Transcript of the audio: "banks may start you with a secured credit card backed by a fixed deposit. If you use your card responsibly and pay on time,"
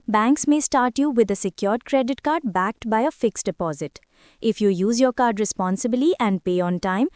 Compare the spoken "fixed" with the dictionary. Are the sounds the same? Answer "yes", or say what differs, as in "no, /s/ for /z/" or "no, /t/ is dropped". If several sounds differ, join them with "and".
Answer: yes